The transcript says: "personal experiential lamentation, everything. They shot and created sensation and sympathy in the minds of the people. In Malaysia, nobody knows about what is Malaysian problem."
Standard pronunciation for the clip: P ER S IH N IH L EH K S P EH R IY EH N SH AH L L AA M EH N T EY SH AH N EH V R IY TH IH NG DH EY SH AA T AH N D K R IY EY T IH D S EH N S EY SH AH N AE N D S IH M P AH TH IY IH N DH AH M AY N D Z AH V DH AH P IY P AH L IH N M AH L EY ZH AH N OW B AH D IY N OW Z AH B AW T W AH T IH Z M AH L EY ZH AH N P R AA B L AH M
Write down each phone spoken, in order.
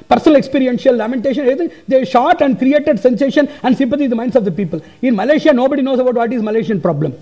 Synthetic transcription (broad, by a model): P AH S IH N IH L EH K S P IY R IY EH N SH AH L L AA M EH N T EY SH AH N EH R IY T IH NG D EY SH AA T AH N D K R IY EY T IH D S EH N S EY SH AH N AE N D S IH M P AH T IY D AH M AY N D S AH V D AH P IY P AH L IH N M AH L EY SH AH N OW B AH D IY N OW S AH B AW T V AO T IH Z M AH L EY SH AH N P R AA B L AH M